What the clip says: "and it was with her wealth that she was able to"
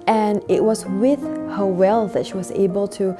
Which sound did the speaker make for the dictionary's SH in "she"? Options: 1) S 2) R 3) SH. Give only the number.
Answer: 3